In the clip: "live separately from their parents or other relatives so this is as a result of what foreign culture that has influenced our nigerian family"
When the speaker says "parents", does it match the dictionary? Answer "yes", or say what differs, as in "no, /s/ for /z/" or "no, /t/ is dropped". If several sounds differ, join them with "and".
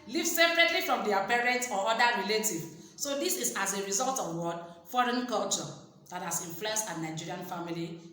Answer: no, /s/ is dropped